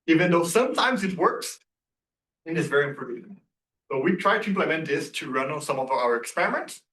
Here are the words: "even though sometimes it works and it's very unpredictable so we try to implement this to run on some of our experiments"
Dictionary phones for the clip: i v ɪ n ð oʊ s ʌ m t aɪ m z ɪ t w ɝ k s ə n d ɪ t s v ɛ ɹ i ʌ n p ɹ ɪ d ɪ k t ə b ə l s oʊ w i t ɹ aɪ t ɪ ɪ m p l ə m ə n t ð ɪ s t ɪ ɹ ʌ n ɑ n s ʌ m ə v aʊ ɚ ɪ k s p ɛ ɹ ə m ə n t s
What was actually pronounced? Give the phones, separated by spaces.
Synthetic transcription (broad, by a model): i v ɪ n ð oʊ s ʌ m t aɪ m z ɪ t w ɝ k s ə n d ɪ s v ɛ ɹ i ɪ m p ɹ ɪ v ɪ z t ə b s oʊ w i t ɹ aɪ t ɪ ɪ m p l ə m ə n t ð ɪ s t ɪ ɹ ʌ n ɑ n s ʌ m ə v aʊ ɚ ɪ k s p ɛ ɹ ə m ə n t s